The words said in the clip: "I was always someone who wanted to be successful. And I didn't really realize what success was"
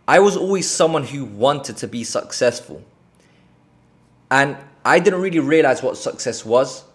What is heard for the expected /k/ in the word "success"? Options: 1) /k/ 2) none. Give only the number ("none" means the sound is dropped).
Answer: 1